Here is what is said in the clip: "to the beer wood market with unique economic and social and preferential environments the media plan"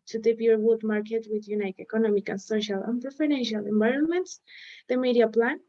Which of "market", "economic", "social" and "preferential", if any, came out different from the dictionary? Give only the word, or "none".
none